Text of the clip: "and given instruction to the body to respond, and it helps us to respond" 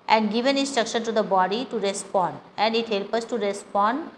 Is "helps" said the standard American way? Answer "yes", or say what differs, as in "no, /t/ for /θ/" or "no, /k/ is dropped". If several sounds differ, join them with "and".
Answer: no, /s/ is dropped